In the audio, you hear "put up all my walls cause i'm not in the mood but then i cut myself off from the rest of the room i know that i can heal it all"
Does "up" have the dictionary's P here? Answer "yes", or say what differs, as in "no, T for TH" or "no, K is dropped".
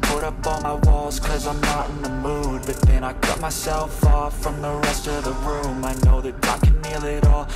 yes